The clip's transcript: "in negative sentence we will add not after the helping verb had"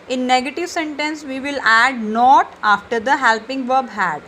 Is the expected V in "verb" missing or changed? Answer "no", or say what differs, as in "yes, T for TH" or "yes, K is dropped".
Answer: no